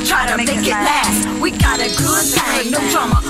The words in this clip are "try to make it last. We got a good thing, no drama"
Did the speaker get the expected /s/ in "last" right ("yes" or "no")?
no